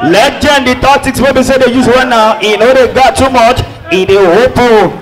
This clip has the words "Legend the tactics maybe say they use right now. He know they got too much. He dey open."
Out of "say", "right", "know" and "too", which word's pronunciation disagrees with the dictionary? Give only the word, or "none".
right